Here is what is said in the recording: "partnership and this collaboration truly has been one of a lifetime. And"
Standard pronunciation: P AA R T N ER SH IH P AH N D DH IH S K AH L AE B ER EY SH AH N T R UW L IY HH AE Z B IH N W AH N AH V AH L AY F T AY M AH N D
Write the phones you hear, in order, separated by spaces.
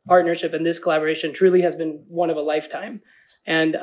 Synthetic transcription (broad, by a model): P AA R T N ER SH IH P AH N DH IH S K AH L AE B ER EY SH AH N T R UW L IY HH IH Z B IH N W AH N AH V AH L AY F T AY M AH N